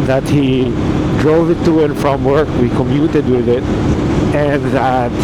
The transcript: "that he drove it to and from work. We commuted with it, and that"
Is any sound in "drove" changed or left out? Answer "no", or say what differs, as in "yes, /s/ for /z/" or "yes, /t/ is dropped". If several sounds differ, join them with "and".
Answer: no